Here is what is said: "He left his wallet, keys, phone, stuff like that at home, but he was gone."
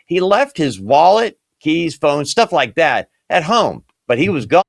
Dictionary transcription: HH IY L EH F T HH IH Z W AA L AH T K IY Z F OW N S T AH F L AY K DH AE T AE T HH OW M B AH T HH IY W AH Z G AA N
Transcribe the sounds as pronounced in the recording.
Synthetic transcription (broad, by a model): HH IY L EH F T HH IH Z W AA L AH T K IY Z F OW N S T AH F L AY K DH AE T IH T HH OW M B AH T HH IY W AH Z G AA